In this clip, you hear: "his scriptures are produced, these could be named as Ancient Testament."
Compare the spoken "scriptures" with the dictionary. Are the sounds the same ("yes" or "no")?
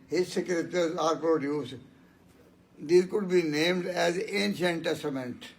no